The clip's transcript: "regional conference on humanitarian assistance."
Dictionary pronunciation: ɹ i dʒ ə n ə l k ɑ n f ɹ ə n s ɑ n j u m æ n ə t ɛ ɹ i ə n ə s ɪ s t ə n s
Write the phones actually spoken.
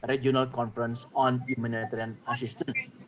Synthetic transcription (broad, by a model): ɹ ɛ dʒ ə n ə l k ɑ n f ɹ ə n s ɑ n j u m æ n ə t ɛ ɹ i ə n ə s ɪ s t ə n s